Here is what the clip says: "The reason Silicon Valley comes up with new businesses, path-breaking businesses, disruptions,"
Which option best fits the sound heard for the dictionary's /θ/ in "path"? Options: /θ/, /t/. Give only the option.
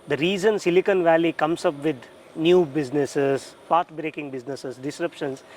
/t/